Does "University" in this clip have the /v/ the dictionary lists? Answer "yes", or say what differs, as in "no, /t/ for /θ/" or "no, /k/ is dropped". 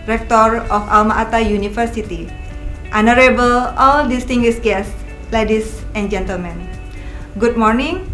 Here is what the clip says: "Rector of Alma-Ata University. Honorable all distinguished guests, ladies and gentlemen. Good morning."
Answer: no, /f/ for /v/